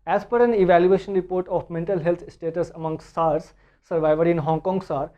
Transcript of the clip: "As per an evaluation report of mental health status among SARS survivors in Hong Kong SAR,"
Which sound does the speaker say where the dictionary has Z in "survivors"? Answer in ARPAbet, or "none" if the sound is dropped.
none